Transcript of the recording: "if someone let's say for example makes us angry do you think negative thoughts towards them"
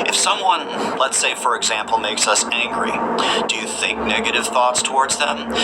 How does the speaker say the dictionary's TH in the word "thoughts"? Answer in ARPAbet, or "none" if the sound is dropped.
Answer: TH